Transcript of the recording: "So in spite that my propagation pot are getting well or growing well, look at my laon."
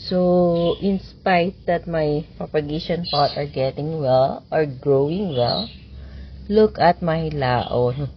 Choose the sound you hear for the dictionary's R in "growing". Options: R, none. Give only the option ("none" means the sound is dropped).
R